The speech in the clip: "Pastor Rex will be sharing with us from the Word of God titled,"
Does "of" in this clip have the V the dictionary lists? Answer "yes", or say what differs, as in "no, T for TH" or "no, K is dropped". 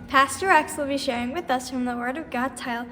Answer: yes